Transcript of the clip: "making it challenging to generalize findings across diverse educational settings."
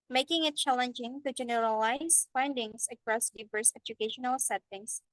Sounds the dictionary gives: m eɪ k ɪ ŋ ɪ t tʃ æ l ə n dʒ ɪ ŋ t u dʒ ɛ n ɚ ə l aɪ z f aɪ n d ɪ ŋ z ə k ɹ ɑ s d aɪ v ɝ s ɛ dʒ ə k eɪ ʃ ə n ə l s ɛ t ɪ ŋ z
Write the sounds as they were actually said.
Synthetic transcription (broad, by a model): m eɪ k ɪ ŋ ɪ t tʃ æ l ə n dʒ ɪ ŋ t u dʒ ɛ n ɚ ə l aɪ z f aɪ n d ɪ ŋ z ə k ɹ ɑ s d aɪ v ɝ s ɛ dʒ ə k eɪ ʃ ə n ə l s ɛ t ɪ ŋ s